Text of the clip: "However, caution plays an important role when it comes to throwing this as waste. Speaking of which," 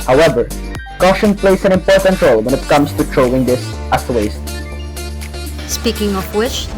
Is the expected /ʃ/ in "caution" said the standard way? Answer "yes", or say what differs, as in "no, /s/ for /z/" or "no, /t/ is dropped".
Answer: yes